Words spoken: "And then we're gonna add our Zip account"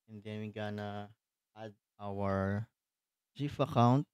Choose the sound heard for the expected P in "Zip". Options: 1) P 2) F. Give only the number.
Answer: 2